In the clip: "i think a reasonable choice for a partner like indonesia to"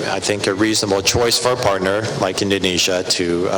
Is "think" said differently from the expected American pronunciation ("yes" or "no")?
no